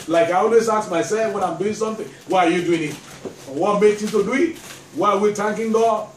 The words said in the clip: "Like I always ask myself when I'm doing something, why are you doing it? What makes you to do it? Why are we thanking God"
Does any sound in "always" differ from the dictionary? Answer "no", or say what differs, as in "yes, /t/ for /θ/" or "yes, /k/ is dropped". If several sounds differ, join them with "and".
yes, /s/ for /z/